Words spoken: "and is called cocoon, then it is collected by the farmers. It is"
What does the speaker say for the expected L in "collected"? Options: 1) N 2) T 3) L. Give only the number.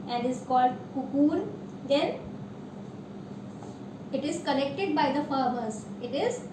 1